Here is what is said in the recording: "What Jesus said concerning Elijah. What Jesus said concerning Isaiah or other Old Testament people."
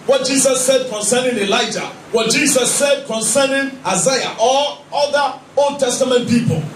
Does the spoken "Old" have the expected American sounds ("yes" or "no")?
yes